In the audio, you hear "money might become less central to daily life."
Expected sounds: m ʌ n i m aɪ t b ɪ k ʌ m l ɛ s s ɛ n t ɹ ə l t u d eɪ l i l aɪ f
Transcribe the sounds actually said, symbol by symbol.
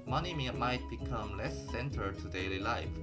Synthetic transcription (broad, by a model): m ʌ n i m aɪ t b ɪ k ʌ m l ɛ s s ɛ n t ə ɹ t u d eɪ l i l aɪ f